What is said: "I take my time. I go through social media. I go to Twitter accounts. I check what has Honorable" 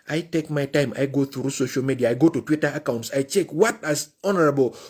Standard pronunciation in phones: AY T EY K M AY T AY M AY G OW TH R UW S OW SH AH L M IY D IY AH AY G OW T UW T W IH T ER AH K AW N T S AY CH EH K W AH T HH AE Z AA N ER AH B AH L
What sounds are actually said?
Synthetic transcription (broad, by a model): AY T EY K M AY T AY M AY G OW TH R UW S OW SH AH L M IY D IY AH AY G OW T UW T W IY T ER AH K AW N T S AY CH EH K W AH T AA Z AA N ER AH B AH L